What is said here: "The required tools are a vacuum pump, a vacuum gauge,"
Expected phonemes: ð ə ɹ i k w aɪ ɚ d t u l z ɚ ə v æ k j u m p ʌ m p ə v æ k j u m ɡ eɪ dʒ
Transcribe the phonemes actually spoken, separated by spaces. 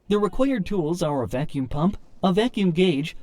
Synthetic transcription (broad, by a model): ð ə ɹ i k w aɪ ɚ d t u l z ɚ ə v æ k j u m p ʌ m p ə v æ k j u m ɡ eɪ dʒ